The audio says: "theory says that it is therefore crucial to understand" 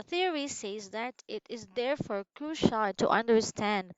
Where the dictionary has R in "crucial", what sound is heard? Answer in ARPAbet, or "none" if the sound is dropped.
none